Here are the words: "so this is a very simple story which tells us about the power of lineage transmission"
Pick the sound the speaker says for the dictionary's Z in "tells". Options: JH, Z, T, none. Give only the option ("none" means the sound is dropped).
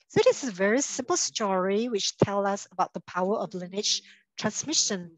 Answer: none